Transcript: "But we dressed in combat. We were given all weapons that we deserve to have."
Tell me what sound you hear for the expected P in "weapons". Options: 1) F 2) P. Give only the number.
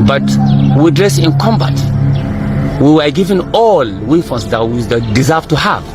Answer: 1